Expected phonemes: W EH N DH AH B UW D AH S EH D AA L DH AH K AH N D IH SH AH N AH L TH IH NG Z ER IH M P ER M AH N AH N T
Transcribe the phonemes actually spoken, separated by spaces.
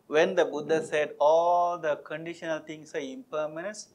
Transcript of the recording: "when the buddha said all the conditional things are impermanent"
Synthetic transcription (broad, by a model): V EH N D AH B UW D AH S EH D AA L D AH K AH N D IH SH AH N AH L T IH NG S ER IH M P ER M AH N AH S